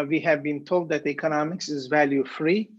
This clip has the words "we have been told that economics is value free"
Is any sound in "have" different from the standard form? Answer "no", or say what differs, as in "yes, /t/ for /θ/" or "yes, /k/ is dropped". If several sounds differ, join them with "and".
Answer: no